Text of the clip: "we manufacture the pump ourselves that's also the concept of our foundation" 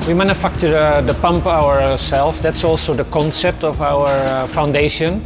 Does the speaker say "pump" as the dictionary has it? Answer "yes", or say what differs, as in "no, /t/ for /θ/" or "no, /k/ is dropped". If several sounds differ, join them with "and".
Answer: yes